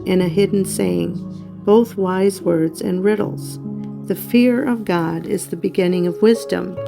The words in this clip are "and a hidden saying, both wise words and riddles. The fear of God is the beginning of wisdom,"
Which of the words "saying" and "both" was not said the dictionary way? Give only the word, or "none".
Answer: none